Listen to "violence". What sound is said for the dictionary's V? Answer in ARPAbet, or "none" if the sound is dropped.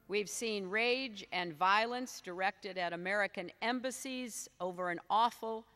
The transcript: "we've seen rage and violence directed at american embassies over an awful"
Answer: V